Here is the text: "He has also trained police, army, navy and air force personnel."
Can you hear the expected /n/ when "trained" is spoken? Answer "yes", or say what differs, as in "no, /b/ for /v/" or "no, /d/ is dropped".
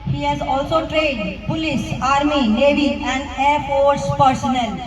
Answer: no, /n/ is dropped